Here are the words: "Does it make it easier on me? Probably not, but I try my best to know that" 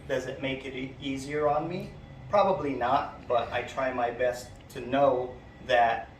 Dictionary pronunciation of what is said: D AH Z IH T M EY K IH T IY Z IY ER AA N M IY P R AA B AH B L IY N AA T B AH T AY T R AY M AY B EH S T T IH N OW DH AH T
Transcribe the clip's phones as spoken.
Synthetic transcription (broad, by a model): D AH Z IH T M EY K IH T IY Z IY ER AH N M IY P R AA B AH B L IY N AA T B AH T AY T R AY M AY B EH S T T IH N OW DH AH T